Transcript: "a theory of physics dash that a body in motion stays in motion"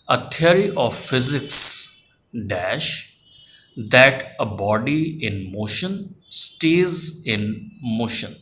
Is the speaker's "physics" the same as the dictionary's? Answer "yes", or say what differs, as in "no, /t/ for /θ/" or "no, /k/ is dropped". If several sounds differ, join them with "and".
yes